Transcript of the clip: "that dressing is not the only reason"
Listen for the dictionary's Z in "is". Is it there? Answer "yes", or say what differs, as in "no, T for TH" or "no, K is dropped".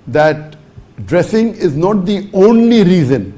yes